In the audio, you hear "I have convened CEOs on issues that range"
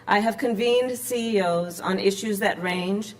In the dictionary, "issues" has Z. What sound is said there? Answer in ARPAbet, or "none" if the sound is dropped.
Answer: Z